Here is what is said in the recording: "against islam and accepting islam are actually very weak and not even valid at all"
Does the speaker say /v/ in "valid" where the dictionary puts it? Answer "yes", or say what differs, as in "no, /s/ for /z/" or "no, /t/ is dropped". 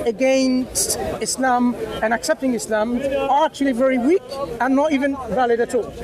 yes